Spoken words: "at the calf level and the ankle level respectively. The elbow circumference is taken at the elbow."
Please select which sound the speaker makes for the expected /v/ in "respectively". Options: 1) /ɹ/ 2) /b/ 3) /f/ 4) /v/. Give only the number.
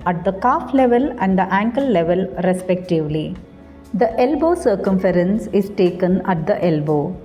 4